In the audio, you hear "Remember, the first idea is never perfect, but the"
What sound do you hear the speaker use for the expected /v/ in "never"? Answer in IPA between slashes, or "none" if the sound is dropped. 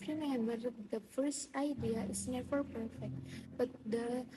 /f/